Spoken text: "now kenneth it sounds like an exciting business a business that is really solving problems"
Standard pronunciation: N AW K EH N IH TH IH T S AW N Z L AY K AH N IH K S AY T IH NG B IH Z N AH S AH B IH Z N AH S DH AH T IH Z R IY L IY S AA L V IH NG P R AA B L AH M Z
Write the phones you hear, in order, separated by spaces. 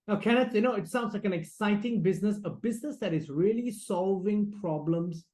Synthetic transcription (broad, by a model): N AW K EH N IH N IH T S AW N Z L AY K AH N IH K S AY T IH NG B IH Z N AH S AH B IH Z N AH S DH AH T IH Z R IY L IY S AA L V IH NG P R AA B L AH M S